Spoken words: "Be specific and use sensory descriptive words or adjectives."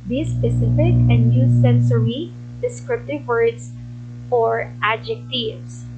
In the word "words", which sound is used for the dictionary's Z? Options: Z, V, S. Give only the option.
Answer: S